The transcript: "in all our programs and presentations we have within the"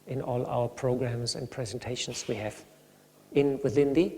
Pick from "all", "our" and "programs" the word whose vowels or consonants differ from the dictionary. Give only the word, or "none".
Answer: none